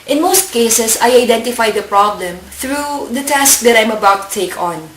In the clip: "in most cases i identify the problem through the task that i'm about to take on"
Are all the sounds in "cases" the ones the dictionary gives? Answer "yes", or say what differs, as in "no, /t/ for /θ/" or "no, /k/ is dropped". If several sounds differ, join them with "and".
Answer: no, /s/ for /z/